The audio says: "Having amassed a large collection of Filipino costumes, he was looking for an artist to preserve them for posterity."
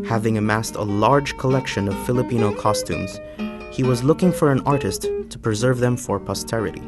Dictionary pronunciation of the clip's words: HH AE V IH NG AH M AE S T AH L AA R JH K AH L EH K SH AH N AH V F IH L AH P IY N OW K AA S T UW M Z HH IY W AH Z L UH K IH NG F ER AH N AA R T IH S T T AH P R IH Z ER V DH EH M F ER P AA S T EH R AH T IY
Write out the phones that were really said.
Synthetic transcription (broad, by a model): HH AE V IH NG AH M AE S T AH L AA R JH K AH L EH K SH AH N AH V F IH L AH P IY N OW K AA S T UW M Z HH IY W AH Z L UH K IH NG F ER AH N AA R T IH S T T AH P R IH Z ER V DH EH M F ER P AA S T EH R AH T IY